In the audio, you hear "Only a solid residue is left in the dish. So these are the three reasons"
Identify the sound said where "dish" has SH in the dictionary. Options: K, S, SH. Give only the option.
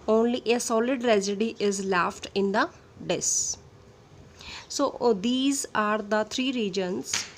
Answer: S